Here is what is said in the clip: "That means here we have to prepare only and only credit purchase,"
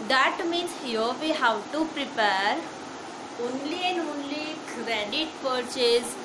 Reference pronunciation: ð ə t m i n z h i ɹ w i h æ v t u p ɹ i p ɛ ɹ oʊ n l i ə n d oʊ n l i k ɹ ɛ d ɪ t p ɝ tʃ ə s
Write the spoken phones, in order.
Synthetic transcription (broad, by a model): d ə t m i n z h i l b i h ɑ w t u p ɹ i p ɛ ɹ oʊ n l i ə n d oʊ n l i k ɹ ɛ d ɪ t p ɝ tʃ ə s